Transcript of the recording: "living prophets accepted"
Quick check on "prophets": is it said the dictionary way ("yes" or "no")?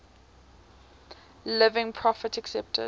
no